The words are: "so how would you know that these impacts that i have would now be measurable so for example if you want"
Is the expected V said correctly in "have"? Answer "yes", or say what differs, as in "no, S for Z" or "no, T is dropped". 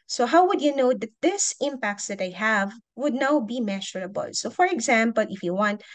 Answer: yes